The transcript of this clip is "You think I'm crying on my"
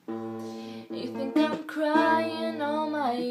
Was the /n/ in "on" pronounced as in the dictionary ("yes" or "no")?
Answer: no